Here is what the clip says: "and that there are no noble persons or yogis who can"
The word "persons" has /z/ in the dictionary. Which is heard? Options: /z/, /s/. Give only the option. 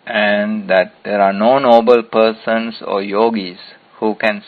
/s/